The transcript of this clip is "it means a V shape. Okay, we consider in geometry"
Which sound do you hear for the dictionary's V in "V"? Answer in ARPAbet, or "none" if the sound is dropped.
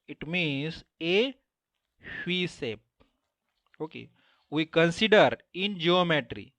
F